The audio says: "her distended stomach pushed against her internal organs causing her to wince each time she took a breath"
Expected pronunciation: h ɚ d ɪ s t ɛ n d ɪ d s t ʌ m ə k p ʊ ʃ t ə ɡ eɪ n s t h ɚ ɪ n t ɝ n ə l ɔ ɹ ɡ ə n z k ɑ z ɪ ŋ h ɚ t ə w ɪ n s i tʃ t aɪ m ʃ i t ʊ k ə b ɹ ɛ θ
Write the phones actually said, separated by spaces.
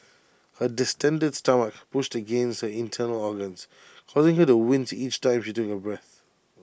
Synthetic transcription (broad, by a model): h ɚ d ɪ s t ɛ n d ɪ d s t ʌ m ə k p ʊ ʃ t ə ɡ eɪ n s t h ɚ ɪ n t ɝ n ə l ɔ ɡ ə n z k ɑ z ɪ ŋ h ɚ t ə w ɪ n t i tʃ t aɪ m ʃ i t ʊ k ə b ɹ ɛ θ